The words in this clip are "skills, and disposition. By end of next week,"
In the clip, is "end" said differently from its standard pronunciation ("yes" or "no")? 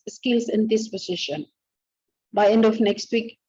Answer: no